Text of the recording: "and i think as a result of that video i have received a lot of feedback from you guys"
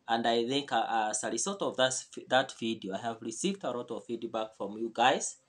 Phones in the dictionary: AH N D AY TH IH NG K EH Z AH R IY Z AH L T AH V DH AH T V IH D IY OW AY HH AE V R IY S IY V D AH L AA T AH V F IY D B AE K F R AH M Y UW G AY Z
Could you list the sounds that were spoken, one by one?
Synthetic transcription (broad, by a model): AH N D AY TH IH NG K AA S AH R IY S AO T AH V DH AH T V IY D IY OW AY HH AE V R IY S IY V D AH L AA T AH V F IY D B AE K F R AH M Y UW G AY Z